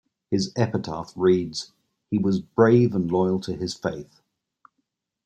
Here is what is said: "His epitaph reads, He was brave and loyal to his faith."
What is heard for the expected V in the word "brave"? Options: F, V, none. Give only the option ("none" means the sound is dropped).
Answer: V